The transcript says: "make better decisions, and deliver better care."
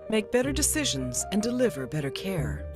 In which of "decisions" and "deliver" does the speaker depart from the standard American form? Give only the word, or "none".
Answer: none